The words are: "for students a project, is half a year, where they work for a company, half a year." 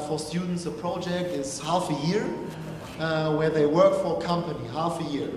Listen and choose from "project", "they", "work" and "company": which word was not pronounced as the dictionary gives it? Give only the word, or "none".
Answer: none